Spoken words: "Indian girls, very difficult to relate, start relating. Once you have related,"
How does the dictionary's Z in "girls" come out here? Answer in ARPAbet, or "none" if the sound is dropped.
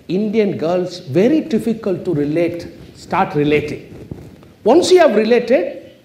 S